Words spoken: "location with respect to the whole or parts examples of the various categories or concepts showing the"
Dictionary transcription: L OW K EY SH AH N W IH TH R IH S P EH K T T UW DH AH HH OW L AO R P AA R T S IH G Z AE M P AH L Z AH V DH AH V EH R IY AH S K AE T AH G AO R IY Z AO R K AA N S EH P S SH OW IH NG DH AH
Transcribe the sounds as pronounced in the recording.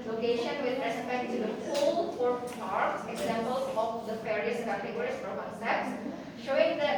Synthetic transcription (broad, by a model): L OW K EY SH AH N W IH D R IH S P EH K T T UW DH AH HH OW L AO R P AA R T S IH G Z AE M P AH L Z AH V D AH F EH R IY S K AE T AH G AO R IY S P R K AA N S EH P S SH OW IH NG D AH